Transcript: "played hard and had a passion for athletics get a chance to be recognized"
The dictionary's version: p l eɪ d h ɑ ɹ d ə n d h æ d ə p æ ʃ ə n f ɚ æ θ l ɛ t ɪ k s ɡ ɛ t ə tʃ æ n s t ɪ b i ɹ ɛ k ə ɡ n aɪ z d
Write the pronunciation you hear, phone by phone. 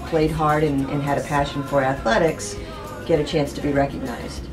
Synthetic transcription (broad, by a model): p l eɪ d h ɑ ɹ d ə n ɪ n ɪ d ə p æ ʃ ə n f ɚ æ θ l ɛ t ɪ k s ɡ ɛ t ə tʃ æ n s t ɪ b i ɹ ɛ k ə ɡ n aɪ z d